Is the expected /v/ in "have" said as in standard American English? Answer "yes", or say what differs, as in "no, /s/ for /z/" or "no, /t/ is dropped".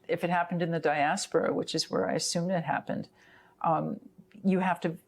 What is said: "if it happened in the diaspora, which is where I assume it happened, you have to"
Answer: no, /f/ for /v/